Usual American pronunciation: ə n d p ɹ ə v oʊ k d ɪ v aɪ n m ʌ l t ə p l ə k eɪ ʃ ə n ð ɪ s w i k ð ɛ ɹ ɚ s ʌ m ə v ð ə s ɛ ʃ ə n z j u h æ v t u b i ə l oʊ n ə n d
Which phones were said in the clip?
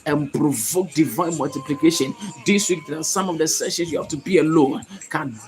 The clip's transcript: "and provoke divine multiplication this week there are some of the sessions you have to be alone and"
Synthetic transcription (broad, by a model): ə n p ɹ ə v oʊ k d ɪ v aɪ n m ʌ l t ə p l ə k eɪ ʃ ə n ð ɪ s w i k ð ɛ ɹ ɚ s ʌ m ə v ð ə s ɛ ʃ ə n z j u h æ f t u b i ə l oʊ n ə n